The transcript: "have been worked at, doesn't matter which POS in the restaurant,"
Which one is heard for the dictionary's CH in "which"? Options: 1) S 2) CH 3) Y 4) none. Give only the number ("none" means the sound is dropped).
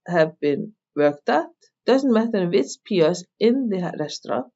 1